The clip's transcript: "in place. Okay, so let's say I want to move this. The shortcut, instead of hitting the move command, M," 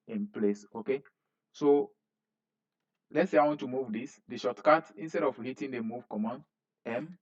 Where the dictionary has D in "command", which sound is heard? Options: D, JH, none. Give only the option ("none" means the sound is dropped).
none